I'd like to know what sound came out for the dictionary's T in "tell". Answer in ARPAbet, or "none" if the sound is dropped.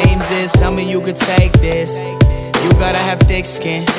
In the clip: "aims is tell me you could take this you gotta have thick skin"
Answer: S